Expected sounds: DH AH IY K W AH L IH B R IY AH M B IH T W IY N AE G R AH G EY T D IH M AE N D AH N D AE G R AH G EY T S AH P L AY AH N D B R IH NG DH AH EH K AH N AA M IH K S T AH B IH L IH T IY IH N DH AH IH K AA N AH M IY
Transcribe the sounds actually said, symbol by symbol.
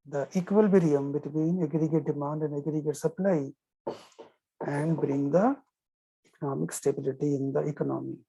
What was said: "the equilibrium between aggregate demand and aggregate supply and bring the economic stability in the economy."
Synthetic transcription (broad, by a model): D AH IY K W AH L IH R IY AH M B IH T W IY N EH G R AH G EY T D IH M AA N D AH N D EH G R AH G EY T S AH P L AY AH N D B R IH NG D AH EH K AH N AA M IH K S T AH B IH L IH T IY IH N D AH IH K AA N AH M IY